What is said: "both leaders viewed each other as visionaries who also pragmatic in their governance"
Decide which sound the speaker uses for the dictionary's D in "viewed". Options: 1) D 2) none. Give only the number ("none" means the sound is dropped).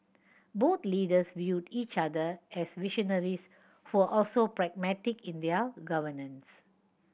1